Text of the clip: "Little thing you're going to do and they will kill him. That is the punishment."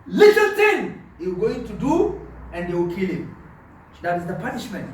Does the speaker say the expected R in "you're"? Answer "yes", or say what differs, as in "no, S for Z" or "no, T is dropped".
no, W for R